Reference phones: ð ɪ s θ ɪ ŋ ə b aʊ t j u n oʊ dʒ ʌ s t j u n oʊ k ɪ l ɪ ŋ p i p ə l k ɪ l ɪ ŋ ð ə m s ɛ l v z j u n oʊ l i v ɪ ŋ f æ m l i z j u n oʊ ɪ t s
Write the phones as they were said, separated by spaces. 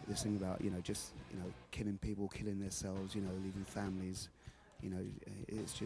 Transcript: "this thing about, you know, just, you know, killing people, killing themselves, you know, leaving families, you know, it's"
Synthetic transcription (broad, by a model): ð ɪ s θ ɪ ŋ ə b aʊ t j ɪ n oʊ dʒ ʌ s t j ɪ n oʊ k ɪ l ɪ ŋ p i p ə l k ɪ l ɪ ŋ ð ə s ɛ l v z j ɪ n oʊ l i v ɪ ŋ f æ m l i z j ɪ n oʊ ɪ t s